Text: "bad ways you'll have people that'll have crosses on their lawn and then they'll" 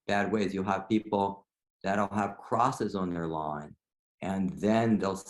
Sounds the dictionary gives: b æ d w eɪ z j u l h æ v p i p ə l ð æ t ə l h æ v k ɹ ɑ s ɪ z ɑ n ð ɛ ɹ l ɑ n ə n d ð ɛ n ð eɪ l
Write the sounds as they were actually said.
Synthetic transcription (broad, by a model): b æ d w eɪ z j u l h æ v p i p l ð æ t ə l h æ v k ɹ ɑ s ɪ z n ð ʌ ɹ l ɑ n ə n ð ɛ n ð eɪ l